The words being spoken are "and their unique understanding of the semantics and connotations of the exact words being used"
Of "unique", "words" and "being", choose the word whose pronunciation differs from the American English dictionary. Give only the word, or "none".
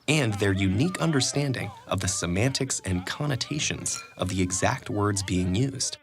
none